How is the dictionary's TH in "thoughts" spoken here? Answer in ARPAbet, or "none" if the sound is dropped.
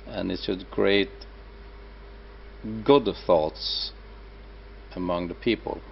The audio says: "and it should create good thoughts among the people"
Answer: TH